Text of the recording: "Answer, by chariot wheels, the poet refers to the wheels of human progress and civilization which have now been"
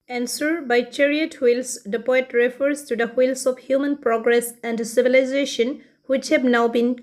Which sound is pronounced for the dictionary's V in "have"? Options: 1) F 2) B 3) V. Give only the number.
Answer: 2